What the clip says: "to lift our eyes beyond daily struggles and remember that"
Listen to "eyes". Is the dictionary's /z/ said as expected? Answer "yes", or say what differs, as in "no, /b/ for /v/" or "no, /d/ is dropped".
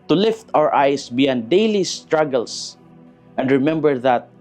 no, /s/ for /z/